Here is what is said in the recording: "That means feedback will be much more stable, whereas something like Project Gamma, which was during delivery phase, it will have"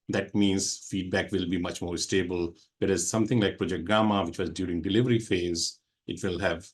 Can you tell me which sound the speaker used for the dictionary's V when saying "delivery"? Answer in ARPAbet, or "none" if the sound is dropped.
V